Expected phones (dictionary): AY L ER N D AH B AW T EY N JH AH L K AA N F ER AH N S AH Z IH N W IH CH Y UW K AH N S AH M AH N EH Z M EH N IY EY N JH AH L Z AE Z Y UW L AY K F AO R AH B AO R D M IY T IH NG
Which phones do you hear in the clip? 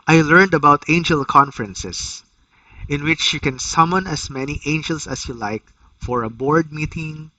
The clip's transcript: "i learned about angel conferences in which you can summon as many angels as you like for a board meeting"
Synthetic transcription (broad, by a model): AY L ER N D AH B AW T EY N JH AH L K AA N F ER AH N S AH S IH N W IH CH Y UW K AH N S AH M AH N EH S M EH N IY EY N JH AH L S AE S Y UW L AY K F AO R AH B AO R D M IY T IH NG